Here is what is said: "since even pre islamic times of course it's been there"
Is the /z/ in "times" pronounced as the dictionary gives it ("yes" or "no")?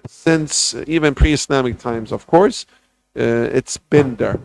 yes